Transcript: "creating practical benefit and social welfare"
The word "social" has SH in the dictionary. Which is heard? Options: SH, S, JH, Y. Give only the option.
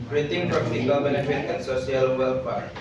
S